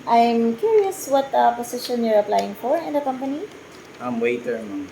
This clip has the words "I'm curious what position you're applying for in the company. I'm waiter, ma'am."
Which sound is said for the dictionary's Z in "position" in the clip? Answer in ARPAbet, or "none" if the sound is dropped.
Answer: S